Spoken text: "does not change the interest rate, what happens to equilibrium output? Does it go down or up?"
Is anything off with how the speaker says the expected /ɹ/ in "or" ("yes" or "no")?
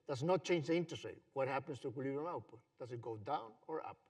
no